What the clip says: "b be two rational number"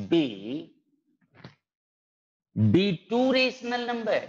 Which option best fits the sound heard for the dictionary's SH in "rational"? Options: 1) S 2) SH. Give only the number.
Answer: 1